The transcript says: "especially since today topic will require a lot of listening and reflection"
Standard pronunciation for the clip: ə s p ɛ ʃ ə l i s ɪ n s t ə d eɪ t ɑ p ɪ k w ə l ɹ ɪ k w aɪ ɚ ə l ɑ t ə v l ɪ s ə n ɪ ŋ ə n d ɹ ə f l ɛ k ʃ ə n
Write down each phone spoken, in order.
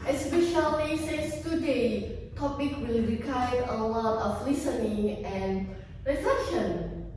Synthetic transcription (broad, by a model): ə s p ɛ ʃ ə l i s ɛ s t ə d eɪ t ɑ p ɪ k w ə l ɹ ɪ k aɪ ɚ ə l ɑ t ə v l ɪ s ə n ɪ ŋ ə n ɹ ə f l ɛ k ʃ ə n